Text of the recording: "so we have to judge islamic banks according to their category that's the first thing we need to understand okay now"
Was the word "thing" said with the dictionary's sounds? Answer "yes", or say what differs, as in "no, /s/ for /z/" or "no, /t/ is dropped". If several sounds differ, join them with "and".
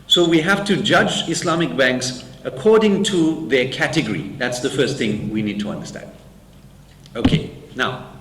yes